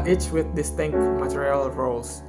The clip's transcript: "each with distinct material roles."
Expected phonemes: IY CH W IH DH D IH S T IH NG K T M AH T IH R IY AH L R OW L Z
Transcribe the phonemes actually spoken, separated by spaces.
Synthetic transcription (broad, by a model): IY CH W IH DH D IH S T IH NG K T M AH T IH R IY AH L R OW L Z